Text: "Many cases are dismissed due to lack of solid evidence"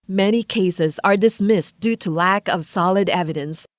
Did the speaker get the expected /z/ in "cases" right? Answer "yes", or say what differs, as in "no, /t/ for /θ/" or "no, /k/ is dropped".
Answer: yes